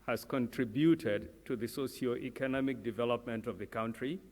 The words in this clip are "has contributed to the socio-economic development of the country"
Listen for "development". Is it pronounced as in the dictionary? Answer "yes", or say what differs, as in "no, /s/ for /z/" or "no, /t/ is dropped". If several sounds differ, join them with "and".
yes